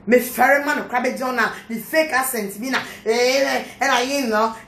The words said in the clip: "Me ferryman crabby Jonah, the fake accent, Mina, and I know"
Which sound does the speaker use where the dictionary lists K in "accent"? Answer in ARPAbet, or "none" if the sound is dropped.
none